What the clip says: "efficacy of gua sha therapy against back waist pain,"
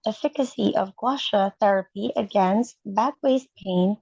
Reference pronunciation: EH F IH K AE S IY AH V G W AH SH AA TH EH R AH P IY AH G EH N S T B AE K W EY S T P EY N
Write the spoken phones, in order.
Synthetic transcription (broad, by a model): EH F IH K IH S IY AH V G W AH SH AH TH EH R AH P IY AH G EH N S T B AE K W EY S P EY N